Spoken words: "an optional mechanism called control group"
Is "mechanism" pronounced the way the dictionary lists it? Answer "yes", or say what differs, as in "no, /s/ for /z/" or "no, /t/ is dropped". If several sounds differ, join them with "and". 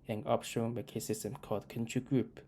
no, /s/ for /z/